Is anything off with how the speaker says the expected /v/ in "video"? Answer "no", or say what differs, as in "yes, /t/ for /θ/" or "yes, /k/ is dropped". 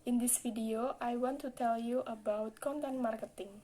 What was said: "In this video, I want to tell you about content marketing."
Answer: yes, /f/ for /v/